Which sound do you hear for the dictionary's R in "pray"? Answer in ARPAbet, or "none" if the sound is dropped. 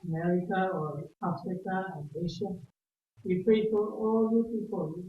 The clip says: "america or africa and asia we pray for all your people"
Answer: none